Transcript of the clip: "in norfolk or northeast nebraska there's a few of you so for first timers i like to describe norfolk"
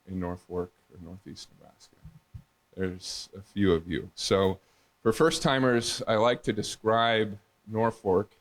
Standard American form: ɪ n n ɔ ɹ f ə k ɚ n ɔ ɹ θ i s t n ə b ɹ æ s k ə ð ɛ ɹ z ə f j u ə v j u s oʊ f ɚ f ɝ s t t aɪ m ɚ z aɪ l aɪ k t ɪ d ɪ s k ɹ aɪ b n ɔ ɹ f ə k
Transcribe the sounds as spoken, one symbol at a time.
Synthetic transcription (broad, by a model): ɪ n n ɔ ɹ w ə k ɚ n ɔ ɹ θ i s t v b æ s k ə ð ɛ ɹ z ə f j u ə v j u s oʊ f ɚ f ɝ s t t aɪ m ɚ z aɪ l aɪ k t ɪ d ɪ s k ɹ aɪ b n ɔ ɹ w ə k